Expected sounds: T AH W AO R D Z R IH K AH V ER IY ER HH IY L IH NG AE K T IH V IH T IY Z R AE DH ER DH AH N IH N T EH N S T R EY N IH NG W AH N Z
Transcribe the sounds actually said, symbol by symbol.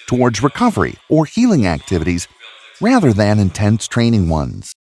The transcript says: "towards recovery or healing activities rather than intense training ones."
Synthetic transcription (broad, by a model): T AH W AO R D Z R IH K AH V ER IY ER HH IY L IH NG AE K T IH V IH T IY Z R AE DH ER DH AH N IH N T EH N S T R EY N IH NG W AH N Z